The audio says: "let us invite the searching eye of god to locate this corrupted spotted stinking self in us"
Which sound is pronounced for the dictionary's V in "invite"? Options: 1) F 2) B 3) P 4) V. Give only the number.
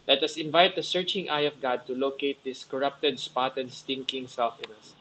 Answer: 4